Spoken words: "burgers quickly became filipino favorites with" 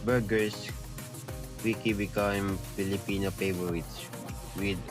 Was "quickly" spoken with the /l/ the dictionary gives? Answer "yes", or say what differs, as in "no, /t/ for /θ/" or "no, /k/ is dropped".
no, /l/ is dropped